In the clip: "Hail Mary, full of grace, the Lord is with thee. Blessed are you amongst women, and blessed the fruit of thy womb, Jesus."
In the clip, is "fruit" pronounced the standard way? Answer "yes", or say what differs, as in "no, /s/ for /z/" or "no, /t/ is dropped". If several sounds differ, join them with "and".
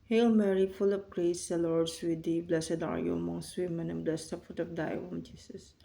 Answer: no, /ɹ/ is dropped